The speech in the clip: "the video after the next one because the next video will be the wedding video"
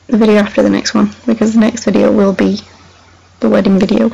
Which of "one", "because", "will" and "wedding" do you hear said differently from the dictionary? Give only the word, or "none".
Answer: none